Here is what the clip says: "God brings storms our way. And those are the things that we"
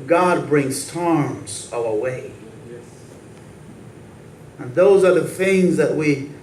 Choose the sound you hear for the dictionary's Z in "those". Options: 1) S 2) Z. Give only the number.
2